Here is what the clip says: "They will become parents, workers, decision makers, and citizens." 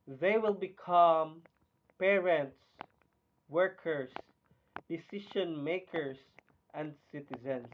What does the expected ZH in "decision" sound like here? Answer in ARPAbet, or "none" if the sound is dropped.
SH